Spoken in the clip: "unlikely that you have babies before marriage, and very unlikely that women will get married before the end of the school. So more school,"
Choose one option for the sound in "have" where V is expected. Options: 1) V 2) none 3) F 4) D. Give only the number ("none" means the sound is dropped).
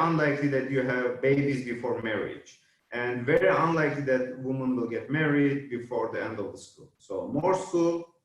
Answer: 1